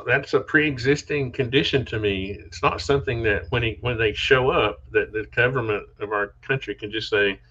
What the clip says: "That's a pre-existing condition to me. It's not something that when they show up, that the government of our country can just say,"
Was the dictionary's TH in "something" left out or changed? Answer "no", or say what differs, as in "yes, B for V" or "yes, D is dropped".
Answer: no